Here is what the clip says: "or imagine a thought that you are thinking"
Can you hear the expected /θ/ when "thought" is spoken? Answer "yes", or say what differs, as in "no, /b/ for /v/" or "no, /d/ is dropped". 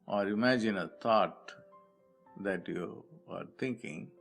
no, /t/ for /θ/